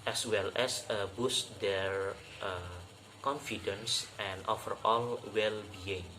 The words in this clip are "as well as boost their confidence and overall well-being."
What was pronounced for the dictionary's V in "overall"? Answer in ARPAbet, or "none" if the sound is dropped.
F